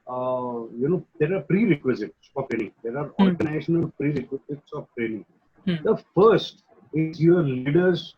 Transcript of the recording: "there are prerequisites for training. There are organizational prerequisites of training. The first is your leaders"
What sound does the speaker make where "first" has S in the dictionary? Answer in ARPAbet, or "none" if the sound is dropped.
S